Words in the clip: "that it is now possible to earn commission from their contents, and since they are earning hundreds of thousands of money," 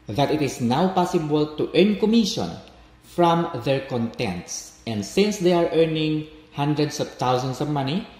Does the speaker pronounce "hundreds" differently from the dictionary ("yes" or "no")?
yes